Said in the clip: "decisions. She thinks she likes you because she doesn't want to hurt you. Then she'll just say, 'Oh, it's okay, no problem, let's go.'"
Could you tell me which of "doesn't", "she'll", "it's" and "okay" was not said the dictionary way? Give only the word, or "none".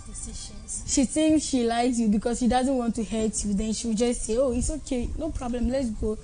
she'll